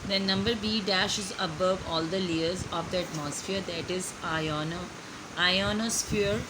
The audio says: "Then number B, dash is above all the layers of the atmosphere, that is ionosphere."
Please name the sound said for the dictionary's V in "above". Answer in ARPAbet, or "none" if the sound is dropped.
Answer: V